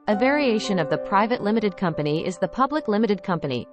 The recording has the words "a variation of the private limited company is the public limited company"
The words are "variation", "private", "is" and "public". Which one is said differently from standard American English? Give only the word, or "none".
none